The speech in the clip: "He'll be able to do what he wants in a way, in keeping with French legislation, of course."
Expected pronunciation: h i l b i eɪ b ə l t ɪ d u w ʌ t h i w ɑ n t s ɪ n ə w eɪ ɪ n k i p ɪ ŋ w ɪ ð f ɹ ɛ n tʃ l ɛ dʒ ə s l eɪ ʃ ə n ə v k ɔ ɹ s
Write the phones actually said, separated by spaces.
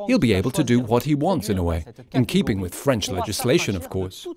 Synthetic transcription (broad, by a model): h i l b i eɪ b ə l t ɪ d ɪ w ʌ t h i w ɑ n t s ɪ n ə w eɪ ɪ n k i p ɪ ŋ w ɪ ð f ɹ ɛ n tʃ l ɛ dʒ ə s l eɪ ʃ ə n ə v k ɔ ɹ s